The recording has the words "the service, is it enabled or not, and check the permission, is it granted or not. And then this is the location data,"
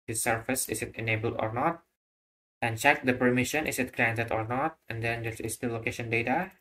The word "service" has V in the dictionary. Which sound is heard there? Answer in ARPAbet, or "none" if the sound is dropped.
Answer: F